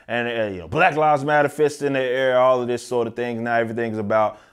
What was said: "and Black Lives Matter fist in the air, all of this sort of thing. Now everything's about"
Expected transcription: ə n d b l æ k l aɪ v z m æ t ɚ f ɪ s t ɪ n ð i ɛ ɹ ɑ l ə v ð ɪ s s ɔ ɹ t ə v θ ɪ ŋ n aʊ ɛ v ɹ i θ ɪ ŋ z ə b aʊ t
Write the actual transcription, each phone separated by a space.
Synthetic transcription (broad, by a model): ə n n b l æ k l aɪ z m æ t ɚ f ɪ s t ɪ n ð i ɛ ɹ ɑ l ə v ð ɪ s s ɔ ɹ t ə v θ ɪ ŋ n aʊ ɛ v ɹ i θ ɪ ŋ z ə b aʊ t